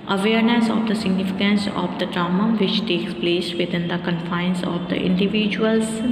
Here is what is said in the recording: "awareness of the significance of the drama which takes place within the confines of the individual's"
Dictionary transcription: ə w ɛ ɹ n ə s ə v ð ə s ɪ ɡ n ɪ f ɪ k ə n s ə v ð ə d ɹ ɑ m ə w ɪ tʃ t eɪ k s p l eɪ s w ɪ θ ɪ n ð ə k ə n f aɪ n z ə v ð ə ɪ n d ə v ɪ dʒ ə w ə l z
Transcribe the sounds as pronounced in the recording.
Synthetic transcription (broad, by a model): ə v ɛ ɹ n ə s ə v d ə s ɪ ɡ n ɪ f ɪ k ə n s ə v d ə d ɹ ɑ m ə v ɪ tʃ t eɪ k s p l eɪ s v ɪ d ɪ n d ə k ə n f aɪ n s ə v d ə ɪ n d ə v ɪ dʒ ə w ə l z